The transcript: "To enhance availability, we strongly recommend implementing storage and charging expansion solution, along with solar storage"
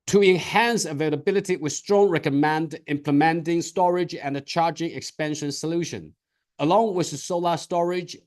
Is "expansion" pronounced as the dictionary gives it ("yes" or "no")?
yes